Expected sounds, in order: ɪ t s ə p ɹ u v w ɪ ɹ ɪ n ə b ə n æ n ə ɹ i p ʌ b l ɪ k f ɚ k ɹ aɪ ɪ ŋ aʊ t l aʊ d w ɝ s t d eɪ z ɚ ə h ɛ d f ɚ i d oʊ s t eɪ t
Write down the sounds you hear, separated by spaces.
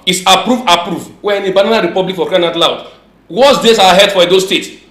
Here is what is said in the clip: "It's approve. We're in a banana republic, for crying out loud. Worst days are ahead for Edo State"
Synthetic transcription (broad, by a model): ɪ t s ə p ɹ u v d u w ɪ n ə b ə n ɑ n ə ɹ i p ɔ b l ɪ k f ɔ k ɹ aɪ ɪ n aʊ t l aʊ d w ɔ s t d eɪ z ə h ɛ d f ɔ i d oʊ s t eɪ t